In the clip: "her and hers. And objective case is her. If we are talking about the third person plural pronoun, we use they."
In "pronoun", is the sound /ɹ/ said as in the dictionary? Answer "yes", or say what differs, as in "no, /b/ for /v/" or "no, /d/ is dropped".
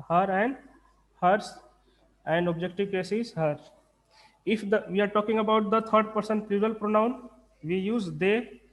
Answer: yes